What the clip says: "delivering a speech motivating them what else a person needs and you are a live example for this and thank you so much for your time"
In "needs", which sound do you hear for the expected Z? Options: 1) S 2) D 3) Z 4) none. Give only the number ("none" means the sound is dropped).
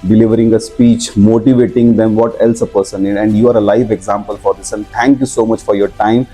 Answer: 4